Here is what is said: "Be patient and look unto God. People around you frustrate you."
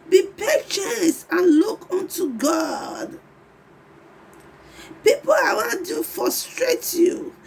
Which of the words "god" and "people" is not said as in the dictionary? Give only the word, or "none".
people